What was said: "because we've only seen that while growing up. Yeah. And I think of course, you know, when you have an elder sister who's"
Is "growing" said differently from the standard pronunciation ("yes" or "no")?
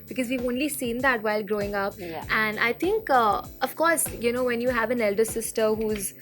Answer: no